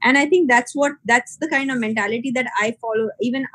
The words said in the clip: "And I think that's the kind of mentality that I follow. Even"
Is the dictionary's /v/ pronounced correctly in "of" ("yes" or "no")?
yes